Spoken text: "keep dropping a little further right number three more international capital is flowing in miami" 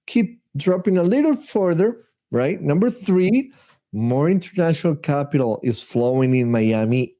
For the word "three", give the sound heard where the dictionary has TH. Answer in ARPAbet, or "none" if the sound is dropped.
TH